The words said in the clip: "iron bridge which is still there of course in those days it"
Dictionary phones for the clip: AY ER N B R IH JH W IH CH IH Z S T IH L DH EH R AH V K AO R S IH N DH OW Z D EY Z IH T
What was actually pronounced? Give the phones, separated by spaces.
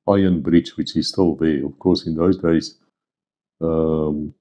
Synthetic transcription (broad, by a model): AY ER N B R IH CH W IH CH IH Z S T IH L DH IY AH V K AO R S IH N DH OW Z D EY Z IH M